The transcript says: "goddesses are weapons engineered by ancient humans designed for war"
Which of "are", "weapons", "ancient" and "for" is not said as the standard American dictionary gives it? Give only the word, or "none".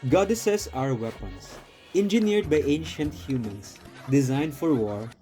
weapons